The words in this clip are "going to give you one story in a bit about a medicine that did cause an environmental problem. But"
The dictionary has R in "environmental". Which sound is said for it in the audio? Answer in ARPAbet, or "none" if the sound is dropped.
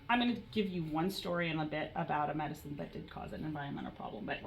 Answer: none